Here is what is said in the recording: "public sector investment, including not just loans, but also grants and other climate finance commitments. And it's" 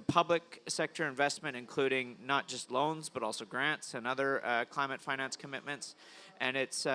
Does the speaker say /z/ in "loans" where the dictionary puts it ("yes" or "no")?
yes